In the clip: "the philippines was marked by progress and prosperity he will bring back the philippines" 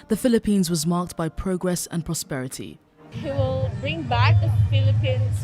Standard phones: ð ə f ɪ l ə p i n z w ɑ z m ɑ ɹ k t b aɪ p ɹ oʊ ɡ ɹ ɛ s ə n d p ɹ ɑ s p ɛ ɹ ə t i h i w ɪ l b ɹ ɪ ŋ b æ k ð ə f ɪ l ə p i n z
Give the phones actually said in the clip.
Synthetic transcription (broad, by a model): ð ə f ɪ l ə p i n z w ɑ z m ɑ k t b aɪ p ɹ oʊ ɡ ɹ ɛ s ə n p ɹ ɑ s p ɛ ɹ ə t i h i w ɪ l b ɹ ɪ ŋ b æ k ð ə f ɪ l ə p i n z